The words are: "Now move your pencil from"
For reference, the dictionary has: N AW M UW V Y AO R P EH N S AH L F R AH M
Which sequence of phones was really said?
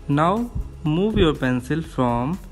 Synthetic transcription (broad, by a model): N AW M UW V Y AO R P EH N S AH L F R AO M